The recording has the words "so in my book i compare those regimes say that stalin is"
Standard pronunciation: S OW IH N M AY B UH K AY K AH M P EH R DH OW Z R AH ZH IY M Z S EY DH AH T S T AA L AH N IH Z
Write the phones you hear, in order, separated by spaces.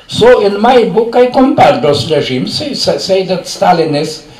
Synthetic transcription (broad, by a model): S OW IH N M AY B UH K AY K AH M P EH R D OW S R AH ZH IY M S S EY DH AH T S T AA L AH N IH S